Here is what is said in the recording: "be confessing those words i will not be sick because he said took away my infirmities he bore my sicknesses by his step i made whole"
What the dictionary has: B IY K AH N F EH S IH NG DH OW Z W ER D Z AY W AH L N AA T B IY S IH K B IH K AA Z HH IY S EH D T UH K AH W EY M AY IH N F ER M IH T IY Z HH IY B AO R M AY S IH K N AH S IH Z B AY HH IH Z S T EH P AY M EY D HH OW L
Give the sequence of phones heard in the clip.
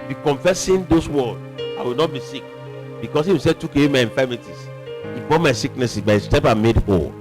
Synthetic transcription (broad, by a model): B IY K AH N F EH S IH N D OW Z W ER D AY W AH L N AA T B IY S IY K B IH K AA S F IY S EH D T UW K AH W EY M AY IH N F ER M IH T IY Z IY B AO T M AY S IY K N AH S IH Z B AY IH S T EH P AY M EY D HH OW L